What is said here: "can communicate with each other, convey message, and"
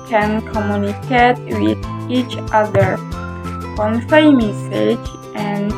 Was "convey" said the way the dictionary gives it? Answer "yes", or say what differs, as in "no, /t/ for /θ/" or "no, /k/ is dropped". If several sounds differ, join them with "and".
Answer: no, /f/ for /v/